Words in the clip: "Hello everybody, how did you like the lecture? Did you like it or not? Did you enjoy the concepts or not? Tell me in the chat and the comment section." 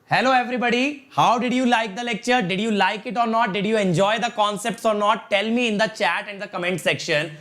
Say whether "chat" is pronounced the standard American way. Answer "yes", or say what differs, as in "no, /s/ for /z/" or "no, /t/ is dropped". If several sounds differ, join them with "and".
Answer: yes